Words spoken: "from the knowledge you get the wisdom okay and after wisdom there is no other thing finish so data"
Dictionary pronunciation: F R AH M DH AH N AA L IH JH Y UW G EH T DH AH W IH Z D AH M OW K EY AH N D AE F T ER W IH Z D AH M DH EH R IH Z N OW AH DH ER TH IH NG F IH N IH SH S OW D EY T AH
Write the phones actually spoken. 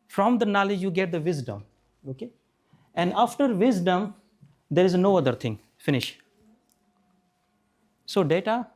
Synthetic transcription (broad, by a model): F R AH M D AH N AA L IH JH Y UW G EH T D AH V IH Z D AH M OW K EY AH N D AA F T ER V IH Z D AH M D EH R IH Z N OW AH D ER T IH NG F IH N IH SH S OW D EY T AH